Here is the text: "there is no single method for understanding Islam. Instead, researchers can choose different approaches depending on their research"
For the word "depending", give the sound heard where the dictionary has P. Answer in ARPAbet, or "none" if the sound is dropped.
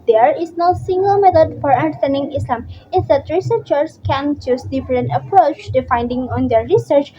F